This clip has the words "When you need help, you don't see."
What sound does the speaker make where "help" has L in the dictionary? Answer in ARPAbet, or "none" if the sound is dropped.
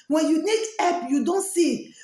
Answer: none